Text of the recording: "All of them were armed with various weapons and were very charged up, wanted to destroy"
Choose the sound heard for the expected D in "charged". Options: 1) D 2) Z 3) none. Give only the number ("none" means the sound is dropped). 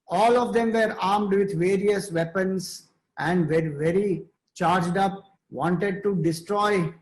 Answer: 1